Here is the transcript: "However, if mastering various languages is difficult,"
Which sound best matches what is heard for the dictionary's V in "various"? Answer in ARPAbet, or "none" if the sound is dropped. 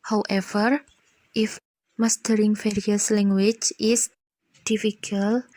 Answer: F